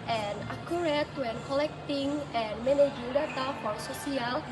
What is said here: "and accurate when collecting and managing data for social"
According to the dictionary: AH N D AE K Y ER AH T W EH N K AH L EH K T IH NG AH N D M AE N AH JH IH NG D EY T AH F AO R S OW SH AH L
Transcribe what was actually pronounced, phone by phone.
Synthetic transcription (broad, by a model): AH N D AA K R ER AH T W EH N K AH L EH K T IH NG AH N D M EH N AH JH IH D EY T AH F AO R S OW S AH L